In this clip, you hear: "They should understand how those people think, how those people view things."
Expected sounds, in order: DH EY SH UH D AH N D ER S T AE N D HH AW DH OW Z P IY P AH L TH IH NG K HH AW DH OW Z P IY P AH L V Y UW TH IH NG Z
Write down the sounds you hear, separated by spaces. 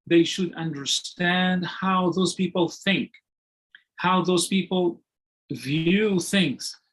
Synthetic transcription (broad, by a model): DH EY SH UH D AH N D ER S T AE N D HH AW DH OW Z P IY P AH L TH IH NG K HH AW DH OW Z P IY P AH L V Y UW TH IH NG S